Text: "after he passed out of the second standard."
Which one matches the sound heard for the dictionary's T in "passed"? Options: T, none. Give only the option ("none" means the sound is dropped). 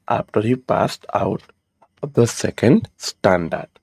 T